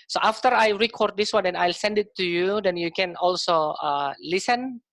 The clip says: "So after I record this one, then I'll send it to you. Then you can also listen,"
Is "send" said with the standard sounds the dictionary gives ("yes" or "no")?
yes